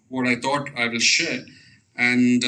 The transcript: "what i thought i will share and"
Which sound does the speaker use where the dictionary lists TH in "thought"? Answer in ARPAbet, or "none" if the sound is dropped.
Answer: T